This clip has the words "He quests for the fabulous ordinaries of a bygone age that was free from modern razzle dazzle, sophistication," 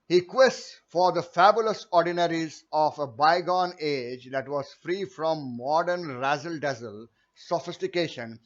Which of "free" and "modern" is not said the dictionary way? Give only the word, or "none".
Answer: none